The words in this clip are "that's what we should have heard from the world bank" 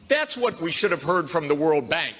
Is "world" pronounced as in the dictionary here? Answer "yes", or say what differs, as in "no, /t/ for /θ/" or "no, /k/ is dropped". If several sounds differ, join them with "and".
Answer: yes